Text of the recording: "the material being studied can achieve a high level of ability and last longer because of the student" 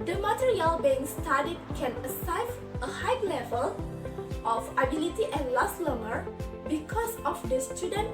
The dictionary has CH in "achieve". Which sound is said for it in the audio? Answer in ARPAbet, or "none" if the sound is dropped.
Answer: S